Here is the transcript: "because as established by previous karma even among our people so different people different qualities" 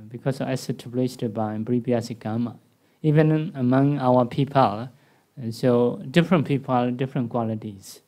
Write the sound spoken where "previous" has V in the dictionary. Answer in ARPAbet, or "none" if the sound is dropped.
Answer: B